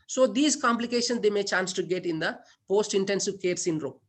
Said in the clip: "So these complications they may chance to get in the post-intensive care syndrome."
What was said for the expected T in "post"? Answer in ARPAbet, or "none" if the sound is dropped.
T